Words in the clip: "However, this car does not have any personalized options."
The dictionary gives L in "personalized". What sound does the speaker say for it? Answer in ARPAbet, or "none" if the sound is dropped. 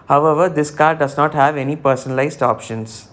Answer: L